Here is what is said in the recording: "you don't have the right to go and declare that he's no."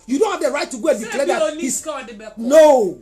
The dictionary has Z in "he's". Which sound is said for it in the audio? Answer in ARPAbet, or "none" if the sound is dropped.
S